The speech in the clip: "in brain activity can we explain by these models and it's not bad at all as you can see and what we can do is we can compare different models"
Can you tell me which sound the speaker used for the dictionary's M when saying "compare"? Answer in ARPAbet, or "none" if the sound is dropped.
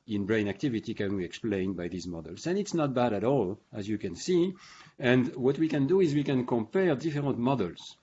M